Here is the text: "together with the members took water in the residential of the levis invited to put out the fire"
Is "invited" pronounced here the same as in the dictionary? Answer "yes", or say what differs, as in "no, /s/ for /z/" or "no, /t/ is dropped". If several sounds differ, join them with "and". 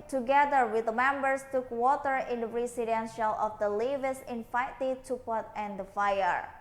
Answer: no, /f/ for /v/